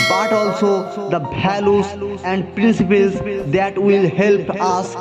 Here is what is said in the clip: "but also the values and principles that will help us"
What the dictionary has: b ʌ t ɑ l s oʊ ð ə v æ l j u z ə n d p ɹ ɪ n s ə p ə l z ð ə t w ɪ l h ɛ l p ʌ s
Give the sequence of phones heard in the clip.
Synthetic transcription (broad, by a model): b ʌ t ɑ l s oʊ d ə b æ l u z ə n d p ɹ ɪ n s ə p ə l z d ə t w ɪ l h ɛ l p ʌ s